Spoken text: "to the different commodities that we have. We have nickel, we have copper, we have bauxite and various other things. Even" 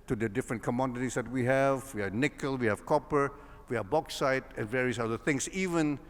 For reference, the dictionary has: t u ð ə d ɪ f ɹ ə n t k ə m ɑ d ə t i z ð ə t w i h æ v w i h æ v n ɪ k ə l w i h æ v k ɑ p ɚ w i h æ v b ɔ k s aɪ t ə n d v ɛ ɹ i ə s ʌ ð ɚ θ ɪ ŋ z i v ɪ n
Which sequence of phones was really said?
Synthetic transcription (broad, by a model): t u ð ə d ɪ f ɹ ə n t k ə m ɑ d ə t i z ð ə t w i h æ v w i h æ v n ɪ k ə l w i h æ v k ɑ p ɚ w i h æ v b ɔ k s aɪ t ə n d v ɛ ɹ i ə s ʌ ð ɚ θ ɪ ŋ s i v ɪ n